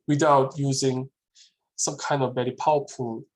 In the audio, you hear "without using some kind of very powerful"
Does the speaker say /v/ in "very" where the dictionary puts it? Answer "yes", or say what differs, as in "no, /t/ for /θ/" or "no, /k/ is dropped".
no, /b/ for /v/